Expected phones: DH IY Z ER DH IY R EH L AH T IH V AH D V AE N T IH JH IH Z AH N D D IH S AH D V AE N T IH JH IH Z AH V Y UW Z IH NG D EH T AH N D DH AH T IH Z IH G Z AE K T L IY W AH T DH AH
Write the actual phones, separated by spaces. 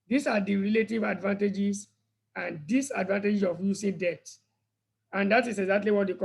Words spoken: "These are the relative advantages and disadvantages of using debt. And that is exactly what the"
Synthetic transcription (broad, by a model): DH IY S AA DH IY R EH L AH T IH V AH D V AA N T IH JH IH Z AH N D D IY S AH D V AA N T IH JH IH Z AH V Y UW S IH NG D EH T AH N D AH T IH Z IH G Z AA K T L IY W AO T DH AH